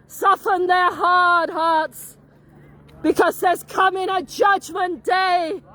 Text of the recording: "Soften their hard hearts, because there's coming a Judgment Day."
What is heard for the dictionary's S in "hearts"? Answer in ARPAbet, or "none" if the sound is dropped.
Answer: S